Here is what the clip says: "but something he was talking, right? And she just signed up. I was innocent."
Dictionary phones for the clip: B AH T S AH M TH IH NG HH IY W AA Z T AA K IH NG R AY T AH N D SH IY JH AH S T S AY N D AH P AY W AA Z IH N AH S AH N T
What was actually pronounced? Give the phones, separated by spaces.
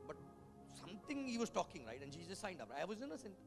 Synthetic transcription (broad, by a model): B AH T S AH M T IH NG HH IY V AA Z T AA K IH NG R AY T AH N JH IY Z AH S S AY N D AH P AY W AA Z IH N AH S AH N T